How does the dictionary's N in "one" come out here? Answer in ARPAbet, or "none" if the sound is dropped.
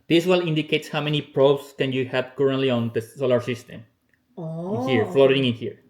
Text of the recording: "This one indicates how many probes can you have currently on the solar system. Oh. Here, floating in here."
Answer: L